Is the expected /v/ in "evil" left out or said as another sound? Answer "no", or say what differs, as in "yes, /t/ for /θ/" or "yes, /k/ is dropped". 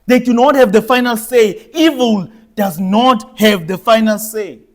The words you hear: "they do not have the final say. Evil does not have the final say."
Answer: no